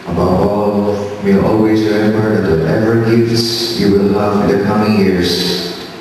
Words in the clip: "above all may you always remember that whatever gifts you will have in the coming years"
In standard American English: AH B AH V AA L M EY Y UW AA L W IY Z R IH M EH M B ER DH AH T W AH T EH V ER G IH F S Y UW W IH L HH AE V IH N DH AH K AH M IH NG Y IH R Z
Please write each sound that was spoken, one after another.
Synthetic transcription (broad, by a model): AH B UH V AA L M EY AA L W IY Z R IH EH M ER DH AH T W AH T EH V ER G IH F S Y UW W IH L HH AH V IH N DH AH K AH M IH NG Y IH R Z